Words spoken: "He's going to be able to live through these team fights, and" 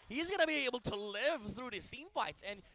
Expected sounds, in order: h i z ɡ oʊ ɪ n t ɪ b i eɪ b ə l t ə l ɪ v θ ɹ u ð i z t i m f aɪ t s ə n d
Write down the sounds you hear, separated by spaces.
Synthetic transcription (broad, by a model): h i z ɡ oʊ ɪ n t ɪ b i eɪ b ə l t ə l ɪ v θ ɹ u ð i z s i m f aɪ t s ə n